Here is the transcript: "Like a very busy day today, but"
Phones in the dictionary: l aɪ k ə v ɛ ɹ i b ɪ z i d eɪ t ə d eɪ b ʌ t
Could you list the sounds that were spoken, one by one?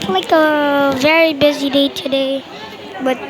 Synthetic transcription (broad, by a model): l aɪ k ə v ɛ ɹ i b ɪ z i d eɪ t ə d eɪ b ʌ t